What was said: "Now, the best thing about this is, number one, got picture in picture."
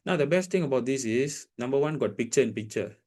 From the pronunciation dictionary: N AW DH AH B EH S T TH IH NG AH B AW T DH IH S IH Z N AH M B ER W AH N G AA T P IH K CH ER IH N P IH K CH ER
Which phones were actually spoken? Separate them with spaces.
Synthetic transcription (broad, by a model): N AW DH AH B EH S T T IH NG AH B AW T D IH S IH S N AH M B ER W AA N G AA T P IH K CH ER IH N P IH K CH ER